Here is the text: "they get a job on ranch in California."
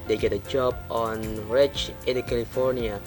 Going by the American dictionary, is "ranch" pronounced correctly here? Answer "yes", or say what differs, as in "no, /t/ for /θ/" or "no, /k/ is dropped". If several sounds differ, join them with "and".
no, /n/ is dropped